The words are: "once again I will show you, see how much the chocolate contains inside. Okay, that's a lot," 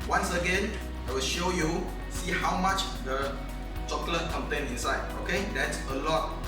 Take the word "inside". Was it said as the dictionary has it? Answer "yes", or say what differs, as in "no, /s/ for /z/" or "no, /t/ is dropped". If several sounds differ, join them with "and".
yes